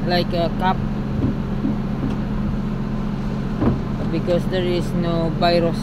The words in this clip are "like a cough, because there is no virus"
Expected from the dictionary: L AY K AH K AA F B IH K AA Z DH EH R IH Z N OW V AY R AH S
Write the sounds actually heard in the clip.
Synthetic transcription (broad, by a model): L AY K AH K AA P B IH K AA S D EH R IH S N OW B AY R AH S